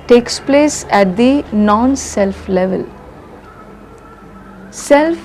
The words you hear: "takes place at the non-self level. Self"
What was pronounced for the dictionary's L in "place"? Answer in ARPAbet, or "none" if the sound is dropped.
L